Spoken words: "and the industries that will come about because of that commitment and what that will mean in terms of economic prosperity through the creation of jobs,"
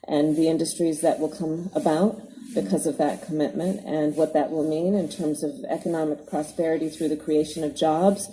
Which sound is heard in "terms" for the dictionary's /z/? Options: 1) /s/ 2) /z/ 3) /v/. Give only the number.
2